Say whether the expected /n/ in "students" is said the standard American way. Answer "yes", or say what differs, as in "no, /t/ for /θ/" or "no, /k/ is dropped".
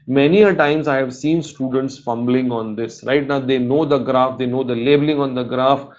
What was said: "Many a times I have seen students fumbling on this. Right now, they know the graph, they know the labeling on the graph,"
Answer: yes